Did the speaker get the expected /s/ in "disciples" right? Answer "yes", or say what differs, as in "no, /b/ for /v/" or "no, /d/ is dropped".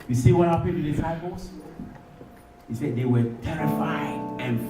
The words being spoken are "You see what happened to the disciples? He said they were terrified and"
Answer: no, /s/ is dropped